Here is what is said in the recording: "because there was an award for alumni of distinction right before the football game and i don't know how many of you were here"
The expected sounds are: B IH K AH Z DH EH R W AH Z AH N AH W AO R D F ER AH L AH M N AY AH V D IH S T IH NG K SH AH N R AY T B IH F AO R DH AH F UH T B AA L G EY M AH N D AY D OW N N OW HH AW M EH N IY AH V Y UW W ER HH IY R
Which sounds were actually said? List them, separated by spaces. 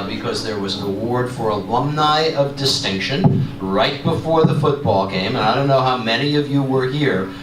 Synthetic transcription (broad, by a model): B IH K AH Z DH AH R W AH Z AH AH W AO R D F ER AH L AH M N AY AH V D IH S T IH NG K SH AH N R AY T B IH F AO R DH AH F UH T B AA L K EY M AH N AY D OW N N OW HH AW M EH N IY AH V Y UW W ER HH IY R